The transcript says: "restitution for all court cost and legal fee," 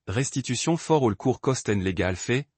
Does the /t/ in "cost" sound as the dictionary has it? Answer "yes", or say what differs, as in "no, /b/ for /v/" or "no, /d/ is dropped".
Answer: yes